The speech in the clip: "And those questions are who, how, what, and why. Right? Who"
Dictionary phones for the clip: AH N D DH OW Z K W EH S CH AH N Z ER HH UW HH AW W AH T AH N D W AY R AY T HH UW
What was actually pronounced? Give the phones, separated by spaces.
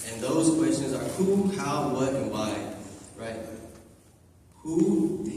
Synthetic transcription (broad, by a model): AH N DH OW Z K W EH S CH AH N Z ER HH UW HH AW W AH T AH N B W AY R AY T HH UW